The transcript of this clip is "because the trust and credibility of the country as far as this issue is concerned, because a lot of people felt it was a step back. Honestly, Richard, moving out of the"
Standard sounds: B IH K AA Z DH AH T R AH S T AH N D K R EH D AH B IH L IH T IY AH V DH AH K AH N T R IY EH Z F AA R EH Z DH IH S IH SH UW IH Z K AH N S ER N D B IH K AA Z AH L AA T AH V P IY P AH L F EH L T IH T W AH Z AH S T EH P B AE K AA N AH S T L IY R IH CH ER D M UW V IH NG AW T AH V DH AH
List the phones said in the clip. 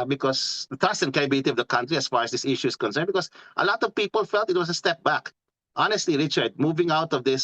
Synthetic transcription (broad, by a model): B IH K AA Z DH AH T R AH S T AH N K EH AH B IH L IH T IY AH V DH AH K AH N T R IY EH S F AA R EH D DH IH S IH SH UW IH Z K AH N S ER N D B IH K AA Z AH L AA T AH V P IY P AH L F EH L T IH T W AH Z AH S T EH P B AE K AA N AH S T L IY R IH CH ER D M UW V IH NG AW T AH V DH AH